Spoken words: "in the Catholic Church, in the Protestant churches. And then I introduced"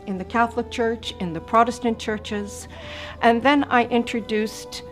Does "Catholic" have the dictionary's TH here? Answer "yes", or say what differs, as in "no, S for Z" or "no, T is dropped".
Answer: yes